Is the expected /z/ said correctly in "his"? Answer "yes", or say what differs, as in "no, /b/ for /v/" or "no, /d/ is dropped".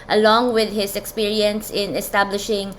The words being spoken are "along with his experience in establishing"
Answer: no, /s/ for /z/